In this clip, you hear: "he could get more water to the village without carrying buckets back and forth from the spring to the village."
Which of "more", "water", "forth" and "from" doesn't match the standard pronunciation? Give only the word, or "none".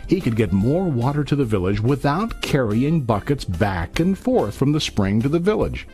none